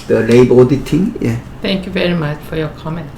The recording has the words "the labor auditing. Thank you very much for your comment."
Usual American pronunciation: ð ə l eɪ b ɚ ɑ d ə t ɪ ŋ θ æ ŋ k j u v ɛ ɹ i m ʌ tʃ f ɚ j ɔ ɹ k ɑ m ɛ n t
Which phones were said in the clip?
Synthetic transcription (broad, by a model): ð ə l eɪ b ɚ ɑ d ə t ɪ ŋ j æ ŋ k j u v ɛ ɹ i m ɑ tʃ f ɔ j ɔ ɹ k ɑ m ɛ n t